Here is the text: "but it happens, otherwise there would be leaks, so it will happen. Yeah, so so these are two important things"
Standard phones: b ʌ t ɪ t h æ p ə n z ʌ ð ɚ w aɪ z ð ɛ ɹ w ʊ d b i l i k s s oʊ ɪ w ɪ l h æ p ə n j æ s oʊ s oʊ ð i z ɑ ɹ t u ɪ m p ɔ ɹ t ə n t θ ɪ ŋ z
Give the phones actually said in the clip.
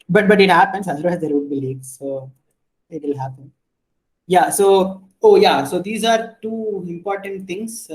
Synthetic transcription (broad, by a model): b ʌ t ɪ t h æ p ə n s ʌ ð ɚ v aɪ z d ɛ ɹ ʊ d b i l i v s s oʊ ɪ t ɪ l h æ p ə n j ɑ s oʊ s oʊ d i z ɑ ɹ t u ɪ m p ɔ ɹ t ə n t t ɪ ŋ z